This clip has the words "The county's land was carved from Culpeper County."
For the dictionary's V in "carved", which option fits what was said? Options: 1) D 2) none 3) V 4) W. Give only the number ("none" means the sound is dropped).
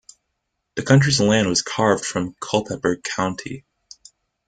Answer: 3